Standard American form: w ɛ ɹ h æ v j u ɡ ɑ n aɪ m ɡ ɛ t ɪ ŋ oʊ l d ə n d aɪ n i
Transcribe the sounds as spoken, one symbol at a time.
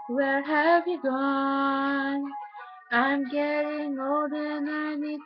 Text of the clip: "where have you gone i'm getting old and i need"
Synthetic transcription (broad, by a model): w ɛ ɹ h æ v j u ɡ ɑ n aɪ m ɡ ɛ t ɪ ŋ oʊ d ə n aɪ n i